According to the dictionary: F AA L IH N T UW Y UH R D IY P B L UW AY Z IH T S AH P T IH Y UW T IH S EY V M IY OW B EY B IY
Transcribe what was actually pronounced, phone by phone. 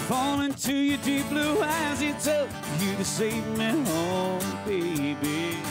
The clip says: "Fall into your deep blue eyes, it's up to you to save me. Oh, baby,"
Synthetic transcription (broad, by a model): F AA L IH N T UW Y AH R D IY P B L UW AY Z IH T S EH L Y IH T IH S EY V M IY OW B EY B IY